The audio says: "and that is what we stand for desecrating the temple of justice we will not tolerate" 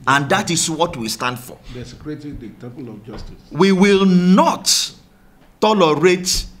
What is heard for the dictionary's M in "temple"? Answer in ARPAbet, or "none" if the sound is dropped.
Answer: none